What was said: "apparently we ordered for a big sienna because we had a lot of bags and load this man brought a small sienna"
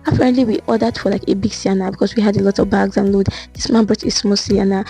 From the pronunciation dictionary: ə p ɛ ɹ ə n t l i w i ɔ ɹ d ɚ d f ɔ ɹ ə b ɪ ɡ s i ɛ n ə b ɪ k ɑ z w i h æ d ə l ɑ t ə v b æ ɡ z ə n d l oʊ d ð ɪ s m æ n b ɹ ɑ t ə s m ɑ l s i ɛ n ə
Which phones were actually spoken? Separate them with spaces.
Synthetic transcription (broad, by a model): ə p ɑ ɹ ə n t l i w i ɔ d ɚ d f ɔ l ə b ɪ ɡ s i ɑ n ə b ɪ k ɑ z w i h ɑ d ə l ɑ t ə v b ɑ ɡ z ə n l oʊ d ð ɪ s m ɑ n b ɹ ɑ t ə s m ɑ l s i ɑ n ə